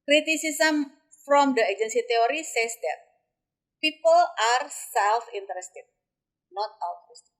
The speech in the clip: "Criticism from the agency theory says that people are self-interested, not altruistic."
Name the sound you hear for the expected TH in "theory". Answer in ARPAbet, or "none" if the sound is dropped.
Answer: T